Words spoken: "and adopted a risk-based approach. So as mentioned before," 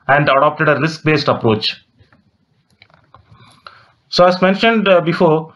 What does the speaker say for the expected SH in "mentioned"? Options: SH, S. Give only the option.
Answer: SH